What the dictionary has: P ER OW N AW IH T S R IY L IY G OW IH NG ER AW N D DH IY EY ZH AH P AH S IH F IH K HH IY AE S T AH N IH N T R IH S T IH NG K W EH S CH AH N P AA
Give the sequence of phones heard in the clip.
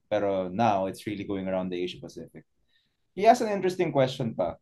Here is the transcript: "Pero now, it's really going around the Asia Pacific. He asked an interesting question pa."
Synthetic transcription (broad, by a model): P ER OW N AW IH T S R IY L IY G OW IH NG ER AW N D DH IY EY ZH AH P AH S IH F IH K HH IY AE S AH N IH N T R IH S T IH NG K W EH S CH AH N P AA